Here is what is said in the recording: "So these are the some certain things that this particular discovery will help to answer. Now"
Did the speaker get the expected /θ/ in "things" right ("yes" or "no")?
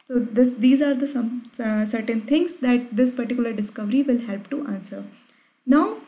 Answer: no